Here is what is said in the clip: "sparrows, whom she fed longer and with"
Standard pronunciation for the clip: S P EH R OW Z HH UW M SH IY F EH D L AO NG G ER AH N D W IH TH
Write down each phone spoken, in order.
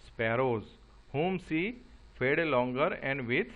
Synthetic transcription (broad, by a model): S P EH R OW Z HH UW M S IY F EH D L AO NG G ER AH N D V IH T